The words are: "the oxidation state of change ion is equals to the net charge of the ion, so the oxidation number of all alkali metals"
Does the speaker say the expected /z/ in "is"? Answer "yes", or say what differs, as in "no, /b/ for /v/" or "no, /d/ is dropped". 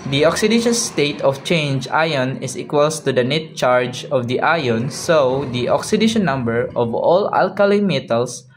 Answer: no, /s/ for /z/